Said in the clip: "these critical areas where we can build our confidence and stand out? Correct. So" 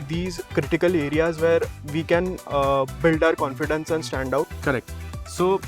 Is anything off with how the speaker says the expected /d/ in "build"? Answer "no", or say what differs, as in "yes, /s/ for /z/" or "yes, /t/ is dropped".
no